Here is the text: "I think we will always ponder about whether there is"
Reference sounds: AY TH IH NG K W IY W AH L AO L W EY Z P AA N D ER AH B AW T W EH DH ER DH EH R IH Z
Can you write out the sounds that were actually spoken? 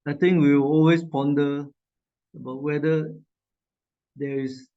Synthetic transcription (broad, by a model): AY T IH NG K W IY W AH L AO L W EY S P AA N D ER AH B AW T W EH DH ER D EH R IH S